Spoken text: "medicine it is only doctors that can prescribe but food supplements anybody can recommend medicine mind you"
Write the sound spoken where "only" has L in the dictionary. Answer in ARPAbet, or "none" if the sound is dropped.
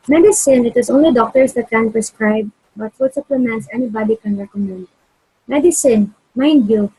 L